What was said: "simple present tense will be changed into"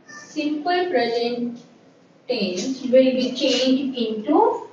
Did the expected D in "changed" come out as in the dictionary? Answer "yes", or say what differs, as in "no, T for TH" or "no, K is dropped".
no, D is dropped